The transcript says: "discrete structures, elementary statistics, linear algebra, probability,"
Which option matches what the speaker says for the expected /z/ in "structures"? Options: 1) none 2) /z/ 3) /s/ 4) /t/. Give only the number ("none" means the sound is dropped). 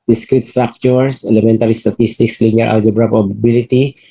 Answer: 3